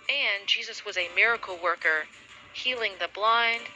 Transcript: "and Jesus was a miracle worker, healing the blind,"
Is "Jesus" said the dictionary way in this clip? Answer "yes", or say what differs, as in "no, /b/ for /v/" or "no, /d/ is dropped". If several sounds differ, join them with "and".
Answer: yes